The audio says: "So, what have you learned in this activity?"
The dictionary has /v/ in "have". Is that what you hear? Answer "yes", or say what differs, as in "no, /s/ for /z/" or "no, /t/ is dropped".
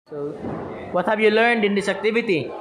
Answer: no, /b/ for /v/